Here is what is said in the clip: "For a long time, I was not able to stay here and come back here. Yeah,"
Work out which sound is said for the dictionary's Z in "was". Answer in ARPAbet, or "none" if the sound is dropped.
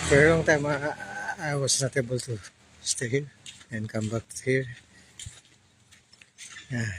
S